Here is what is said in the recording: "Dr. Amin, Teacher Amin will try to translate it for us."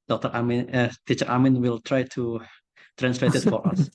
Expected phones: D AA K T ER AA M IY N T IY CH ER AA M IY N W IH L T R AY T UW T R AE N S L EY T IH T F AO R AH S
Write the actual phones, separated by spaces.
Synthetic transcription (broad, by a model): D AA K T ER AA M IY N T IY CH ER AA M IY N W IH L T R AY T UW T R AE N S L EY T IH T F AO R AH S